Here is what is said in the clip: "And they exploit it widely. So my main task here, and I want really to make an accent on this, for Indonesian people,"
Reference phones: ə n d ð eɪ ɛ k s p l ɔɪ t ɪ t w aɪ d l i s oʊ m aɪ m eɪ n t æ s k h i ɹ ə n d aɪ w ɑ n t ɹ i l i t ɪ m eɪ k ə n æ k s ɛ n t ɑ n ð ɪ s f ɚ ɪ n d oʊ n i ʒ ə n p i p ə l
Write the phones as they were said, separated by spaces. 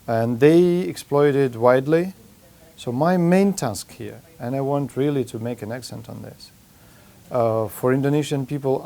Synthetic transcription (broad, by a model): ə n ð eɪ ɛ k s p l ɔɪ t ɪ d w aɪ d l i s oʊ m aɪ m eɪ n t æ s k h i ɹ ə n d aɪ w ɑ n t ɹ i l i t ɪ m eɪ k ə n æ k s ɛ n t n ð ɪ s f ɚ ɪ n d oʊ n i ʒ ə n p i p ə l